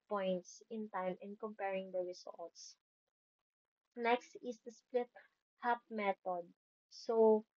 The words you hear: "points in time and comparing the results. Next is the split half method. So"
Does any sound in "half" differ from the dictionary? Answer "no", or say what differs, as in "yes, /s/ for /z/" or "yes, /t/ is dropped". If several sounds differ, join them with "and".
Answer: yes, /p/ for /f/